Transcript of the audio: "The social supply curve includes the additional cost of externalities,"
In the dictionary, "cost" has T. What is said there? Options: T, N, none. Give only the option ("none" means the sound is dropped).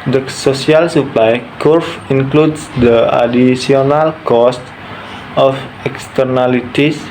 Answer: T